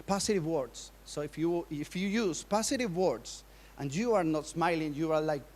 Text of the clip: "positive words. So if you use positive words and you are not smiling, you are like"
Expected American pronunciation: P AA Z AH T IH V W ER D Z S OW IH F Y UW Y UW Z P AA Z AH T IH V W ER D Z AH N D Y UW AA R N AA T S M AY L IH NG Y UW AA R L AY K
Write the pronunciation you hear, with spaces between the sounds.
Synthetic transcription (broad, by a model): P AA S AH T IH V W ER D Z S OW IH F Y UW Y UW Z P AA S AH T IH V W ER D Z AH N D Y UW AA R N AA T S M AY L IH NG Y UW AA R L AY K